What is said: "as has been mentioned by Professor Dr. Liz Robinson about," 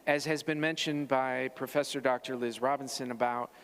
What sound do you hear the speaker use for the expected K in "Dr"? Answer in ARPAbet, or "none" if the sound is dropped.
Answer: K